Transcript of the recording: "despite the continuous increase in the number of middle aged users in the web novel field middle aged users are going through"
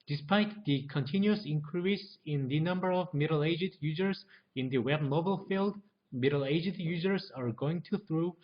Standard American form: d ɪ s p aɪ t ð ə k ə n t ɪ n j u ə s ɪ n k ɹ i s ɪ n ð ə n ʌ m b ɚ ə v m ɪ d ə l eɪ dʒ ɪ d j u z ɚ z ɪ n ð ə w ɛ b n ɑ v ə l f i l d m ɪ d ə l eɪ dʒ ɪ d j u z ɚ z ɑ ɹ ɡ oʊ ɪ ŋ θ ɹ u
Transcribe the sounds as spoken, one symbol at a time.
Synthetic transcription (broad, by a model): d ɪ s p aɪ t ð ə k ə n t ɪ n j u ə s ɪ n k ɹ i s ɪ n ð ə n ʌ m b ɚ ə v m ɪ d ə l eɪ dʒ ɪ d j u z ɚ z ɪ n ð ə w ɛ b n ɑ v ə l f i l d m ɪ d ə l eɪ dʒ ɪ d j u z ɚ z ɑ ɹ ɡ oʊ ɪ ŋ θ ɹ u